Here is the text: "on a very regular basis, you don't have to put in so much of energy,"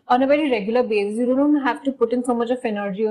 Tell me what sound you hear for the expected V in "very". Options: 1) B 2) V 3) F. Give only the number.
1